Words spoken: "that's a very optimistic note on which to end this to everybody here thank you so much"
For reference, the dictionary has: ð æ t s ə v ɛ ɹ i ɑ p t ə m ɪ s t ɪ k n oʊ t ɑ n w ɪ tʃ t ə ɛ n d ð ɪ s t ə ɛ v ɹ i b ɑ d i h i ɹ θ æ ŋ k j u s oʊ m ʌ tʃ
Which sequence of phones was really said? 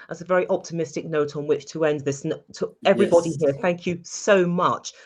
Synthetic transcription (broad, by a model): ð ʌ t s ə v ɛ ɹ i ɑ p t ə m ɪ s t ɪ k n oʊ t n w ɪ tʃ t ə ɛ n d ð ɪ s t ə ɛ v ɹ i b ɑ d i h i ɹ θ æ ŋ k j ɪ s oʊ m ʌ tʃ